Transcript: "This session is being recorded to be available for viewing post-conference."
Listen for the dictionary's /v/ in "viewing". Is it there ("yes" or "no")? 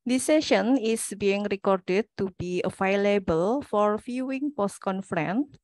no